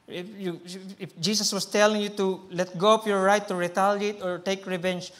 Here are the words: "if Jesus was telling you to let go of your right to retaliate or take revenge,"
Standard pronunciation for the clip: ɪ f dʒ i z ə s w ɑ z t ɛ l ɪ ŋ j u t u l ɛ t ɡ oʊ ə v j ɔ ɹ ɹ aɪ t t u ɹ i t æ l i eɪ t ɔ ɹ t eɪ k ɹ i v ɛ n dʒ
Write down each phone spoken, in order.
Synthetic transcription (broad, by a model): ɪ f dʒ i s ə s w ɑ s t ɛ l ɪ ŋ j u t u l ɛ t ɡ oʊ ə p j ɔ ɹ ɹ aɪ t t u ɹ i t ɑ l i t ɔ ɹ t eɪ k ɹ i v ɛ n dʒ